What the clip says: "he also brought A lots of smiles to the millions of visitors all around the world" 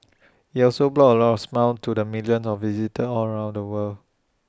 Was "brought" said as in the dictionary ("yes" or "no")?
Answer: no